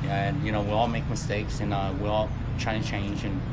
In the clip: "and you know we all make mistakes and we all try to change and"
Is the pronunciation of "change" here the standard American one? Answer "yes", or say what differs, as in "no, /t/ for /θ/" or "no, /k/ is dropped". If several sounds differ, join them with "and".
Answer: yes